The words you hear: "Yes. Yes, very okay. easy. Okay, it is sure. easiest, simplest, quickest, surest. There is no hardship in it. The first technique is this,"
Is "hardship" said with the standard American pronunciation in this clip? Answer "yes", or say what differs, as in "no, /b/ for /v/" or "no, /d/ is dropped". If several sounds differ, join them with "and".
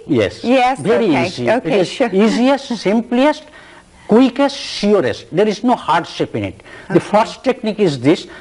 yes